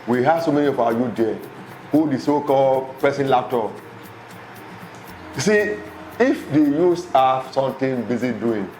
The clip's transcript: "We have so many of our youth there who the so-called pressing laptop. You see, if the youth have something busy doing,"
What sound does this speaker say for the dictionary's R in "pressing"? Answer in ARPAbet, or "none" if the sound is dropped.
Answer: none